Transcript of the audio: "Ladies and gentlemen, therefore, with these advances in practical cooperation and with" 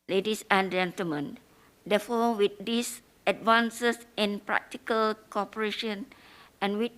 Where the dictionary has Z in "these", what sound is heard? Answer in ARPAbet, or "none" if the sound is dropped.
S